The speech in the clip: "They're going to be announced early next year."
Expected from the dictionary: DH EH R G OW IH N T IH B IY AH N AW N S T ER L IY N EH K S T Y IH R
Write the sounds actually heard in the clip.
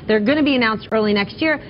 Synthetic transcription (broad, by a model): DH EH R G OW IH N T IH B IY AH N AW N S T ER L IY N EH K S T Y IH R